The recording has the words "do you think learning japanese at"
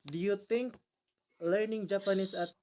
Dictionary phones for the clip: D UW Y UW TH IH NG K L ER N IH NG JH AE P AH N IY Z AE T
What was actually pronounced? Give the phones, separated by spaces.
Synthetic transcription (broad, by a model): D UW Y UW T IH NG K L ER N IH NG JH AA P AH N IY S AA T